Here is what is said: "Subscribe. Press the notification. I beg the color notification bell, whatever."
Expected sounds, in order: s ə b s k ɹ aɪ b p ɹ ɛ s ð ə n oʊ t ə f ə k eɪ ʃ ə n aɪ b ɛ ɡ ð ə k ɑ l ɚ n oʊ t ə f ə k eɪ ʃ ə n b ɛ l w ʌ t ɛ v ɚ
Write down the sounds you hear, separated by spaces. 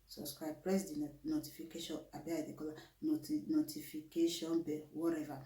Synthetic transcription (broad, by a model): s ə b s k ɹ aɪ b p ɹ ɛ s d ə n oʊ t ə f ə k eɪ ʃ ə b aɪ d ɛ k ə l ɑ n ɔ n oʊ t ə f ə k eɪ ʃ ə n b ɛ w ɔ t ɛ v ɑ